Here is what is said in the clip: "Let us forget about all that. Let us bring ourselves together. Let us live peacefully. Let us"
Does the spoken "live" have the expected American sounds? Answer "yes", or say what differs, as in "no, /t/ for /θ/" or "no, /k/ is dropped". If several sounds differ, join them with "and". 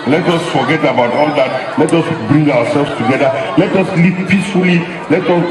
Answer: no, /p/ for /v/